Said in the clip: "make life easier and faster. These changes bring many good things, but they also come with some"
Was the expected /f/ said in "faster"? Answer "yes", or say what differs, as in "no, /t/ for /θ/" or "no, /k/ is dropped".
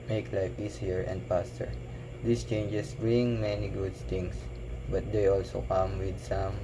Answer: no, /p/ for /f/